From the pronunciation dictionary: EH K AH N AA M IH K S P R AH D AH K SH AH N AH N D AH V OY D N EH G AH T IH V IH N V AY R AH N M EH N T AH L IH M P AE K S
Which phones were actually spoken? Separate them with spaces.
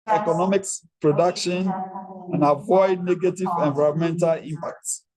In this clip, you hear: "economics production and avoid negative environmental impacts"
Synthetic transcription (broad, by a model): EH K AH N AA M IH K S P R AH D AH K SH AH N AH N AH V OY D N EH G AH T IH V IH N V AY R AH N M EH N T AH L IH M P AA K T